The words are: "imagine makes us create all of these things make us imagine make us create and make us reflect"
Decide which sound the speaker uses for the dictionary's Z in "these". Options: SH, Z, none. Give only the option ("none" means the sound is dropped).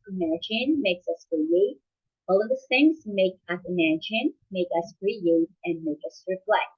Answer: none